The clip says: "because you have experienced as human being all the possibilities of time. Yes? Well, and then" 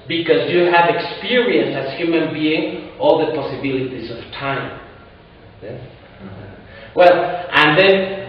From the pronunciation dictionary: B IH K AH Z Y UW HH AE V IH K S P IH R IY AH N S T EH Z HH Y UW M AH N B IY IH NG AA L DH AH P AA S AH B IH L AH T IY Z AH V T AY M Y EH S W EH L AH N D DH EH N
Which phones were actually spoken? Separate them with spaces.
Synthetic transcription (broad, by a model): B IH K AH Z Y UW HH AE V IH K S P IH R IY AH N S EH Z HH Y UW M AH N B IY IH NG AA L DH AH P AA S AH B IH L AH T IY Z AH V T AY M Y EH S W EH L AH N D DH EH N